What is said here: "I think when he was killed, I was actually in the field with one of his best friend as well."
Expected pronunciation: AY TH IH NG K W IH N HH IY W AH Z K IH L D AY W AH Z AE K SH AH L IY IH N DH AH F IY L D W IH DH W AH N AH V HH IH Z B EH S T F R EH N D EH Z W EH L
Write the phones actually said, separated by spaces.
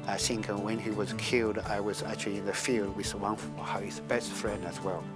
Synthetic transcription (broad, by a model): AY S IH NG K W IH N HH IY W AH Z K IH L D AY W AH Z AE K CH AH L IY IH N DH AH F IY L D W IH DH W AH N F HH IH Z B EH S T F R EH N D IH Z W EH L